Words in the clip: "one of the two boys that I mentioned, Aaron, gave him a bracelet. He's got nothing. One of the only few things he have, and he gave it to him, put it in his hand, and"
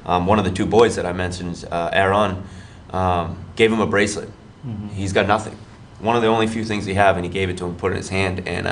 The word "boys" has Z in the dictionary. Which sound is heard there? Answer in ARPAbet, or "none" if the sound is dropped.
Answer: Z